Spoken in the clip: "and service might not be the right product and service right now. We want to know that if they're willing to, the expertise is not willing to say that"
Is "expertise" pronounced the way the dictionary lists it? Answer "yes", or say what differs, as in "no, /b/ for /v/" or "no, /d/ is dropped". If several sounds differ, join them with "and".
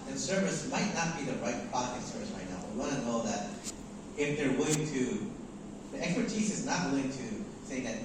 yes